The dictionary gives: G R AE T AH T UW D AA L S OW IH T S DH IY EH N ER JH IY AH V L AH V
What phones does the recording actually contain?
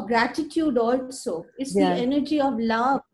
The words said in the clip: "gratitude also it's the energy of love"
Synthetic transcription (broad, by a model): G R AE T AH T UW D AA L S OW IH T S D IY EH N ER JH IY AH V L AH